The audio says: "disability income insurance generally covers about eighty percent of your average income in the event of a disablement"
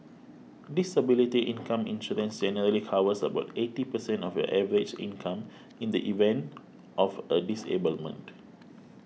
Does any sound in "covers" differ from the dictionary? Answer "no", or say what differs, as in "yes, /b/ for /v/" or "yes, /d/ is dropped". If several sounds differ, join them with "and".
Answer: yes, /w/ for /v/ and /s/ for /z/